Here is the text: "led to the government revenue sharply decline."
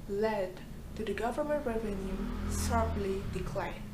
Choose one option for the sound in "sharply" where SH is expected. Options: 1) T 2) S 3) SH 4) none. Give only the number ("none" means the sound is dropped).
2